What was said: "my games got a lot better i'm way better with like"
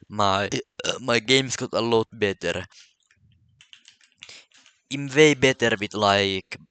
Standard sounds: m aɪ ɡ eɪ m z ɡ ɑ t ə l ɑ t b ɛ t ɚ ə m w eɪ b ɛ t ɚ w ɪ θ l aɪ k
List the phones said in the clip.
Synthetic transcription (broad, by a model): m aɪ ɡ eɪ m s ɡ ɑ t ə l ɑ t b ɛ t ɚ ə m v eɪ b ɛ t ɚ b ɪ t l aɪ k